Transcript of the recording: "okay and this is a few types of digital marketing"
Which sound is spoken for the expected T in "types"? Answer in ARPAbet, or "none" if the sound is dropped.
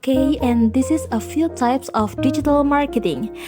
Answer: T